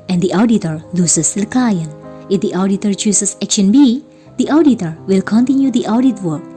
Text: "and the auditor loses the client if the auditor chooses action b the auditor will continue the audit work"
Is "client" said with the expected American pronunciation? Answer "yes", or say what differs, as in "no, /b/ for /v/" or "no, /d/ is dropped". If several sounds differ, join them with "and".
no, /t/ is dropped